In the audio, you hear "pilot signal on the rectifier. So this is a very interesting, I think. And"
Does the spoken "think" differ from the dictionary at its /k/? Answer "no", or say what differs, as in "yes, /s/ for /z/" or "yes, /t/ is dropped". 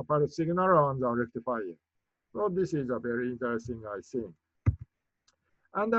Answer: yes, /k/ is dropped